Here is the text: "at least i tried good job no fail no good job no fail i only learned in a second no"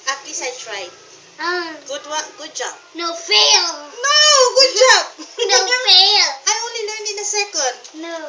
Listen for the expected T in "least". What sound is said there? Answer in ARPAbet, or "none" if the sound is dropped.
none